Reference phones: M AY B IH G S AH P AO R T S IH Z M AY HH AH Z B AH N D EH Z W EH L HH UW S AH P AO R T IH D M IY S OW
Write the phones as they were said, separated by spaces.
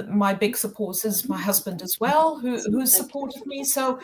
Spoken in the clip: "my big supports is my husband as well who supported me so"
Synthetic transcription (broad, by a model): M AY B IH G S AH P AO R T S IH Z M AY HH AH Z B AH N D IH Z W EH L HH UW S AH P AO R T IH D M IY S OW